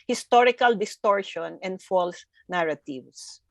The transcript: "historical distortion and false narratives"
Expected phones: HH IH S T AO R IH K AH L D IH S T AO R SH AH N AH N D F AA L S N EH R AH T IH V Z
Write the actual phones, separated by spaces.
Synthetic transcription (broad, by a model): HH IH S T AO R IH K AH L D IH S T AO R SH AH N AH N D F AA L S N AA R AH T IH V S